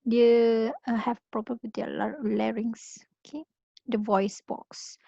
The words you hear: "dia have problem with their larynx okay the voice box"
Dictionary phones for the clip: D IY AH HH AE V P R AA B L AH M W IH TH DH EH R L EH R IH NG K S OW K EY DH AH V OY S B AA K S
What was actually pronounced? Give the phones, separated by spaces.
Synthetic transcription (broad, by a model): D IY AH HH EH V P R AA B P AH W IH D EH L L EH R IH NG S OW K EY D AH V OY S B AA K S